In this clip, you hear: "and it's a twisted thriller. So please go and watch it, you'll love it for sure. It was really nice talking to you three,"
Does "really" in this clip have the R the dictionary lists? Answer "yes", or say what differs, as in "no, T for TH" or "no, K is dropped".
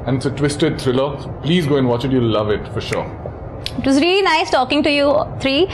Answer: yes